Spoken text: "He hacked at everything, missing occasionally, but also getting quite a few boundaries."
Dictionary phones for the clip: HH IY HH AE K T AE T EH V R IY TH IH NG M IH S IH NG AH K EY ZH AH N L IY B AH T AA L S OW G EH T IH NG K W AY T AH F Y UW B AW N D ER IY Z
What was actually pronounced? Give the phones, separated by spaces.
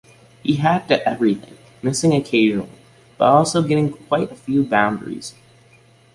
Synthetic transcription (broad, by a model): HH IY HH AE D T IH T EH V R IY TH IH NG M IH S IH NG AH K EY ZH N L IY B AH T AA L S OW G EH T IH NG K W AY T AH F Y UW B AW N D ER IY Z